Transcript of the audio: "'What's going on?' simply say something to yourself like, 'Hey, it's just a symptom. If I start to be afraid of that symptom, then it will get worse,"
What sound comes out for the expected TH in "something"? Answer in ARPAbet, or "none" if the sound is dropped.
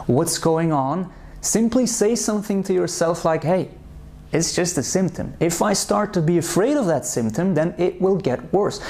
TH